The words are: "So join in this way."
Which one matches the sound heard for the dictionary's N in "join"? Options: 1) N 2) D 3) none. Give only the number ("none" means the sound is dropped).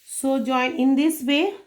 3